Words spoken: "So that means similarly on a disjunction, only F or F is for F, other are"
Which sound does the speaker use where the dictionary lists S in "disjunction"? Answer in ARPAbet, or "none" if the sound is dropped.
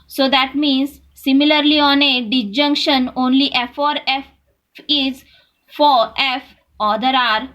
none